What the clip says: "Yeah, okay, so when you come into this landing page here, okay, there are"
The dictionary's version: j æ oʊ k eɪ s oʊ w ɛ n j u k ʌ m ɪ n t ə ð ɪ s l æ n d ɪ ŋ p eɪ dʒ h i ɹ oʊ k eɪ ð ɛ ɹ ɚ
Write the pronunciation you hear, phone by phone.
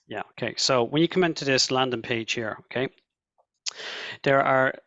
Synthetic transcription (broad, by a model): j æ oʊ k eɪ s oʊ w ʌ n j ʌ k ʌ m ɪ n t ə ð ɪ s l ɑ n d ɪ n p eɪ ʒ h i ɹ oʊ k eɪ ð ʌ ɹ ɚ